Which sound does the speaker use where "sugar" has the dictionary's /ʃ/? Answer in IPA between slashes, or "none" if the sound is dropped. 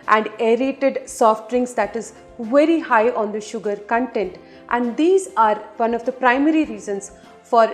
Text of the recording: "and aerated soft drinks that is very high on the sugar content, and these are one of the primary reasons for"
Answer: /ʃ/